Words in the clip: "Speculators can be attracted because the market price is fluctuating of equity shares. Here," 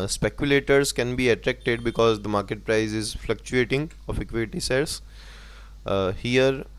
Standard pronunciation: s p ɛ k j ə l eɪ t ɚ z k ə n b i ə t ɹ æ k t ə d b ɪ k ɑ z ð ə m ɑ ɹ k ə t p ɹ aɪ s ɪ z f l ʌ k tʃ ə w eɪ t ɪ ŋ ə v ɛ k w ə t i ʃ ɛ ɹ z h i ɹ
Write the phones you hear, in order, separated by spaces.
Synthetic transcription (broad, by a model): s p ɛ k j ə l eɪ t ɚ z k ə n b i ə t ɹ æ k t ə d b ɪ k ɑ z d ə m ɑ ɹ k ə t p ɹ aɪ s ɪ z f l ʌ k tʃ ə eɪ t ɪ ŋ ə f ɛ k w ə t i s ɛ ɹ s h i ɹ